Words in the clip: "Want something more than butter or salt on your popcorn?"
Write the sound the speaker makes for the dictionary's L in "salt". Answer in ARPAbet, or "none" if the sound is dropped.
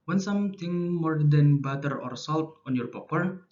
L